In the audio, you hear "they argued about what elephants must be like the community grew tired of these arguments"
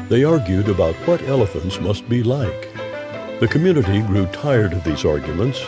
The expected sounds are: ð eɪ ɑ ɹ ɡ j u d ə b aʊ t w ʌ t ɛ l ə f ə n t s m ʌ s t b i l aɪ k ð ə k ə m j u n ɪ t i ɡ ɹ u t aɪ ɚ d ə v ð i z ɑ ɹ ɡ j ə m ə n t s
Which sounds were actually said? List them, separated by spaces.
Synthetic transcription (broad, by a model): ð eɪ ɑ ɹ ɡ j u d ə b aʊ t w ʌ t ɛ l ə f ə n t s m ʌ s t b i l aɪ k ð ə k ə m j u n ɪ t i ɡ ɹ u t aɪ ɚ d ə v ð i z ɑ ɹ ɡ j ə m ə n t s